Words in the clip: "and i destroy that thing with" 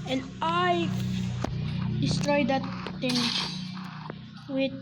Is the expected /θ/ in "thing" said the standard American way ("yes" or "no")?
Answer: no